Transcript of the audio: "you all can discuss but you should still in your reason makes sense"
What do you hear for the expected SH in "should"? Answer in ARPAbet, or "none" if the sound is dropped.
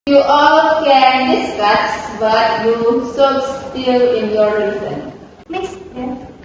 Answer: S